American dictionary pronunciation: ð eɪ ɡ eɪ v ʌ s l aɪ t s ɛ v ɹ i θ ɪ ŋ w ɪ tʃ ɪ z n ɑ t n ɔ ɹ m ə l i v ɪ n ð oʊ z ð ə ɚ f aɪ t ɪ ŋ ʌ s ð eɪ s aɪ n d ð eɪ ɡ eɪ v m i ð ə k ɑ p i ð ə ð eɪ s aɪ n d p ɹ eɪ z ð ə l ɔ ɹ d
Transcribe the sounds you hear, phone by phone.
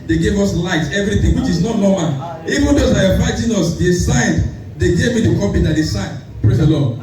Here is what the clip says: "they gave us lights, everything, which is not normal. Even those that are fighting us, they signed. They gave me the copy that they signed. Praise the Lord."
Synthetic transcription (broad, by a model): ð eɪ ɡ eɪ v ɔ s l aɪ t ɛ v ɹ i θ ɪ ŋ w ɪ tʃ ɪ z n ɑ t n ɔ m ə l i v ɪ n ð oʊ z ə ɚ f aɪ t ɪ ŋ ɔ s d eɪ s aɪ n d eɪ ɡ eɪ v m i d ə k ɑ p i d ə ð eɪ s aɪ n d p ɹ eɪ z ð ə l ɔ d